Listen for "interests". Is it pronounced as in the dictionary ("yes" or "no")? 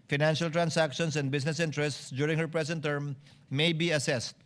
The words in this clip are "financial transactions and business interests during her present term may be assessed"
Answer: yes